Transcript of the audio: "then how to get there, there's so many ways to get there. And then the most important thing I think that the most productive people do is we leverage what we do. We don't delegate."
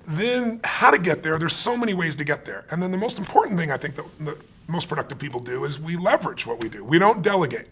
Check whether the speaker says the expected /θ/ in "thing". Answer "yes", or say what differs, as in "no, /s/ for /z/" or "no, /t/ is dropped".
yes